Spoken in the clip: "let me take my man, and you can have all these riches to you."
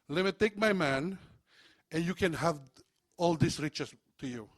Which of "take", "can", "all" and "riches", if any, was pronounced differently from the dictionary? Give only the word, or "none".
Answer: riches